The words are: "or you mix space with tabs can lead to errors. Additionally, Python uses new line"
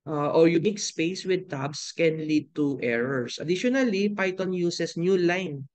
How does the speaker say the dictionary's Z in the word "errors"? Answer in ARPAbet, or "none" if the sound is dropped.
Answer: S